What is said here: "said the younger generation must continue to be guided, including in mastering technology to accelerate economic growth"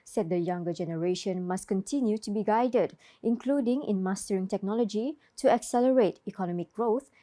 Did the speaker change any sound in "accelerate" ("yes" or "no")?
no